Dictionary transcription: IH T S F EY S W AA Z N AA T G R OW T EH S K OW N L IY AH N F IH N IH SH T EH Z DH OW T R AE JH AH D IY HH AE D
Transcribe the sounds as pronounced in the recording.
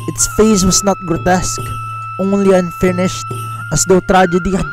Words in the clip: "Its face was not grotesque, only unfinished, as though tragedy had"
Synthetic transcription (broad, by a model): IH T S F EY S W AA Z N AA T G R OW T EH S K OW N L IY AH N F IH N IH SH T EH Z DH OW T R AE JH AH D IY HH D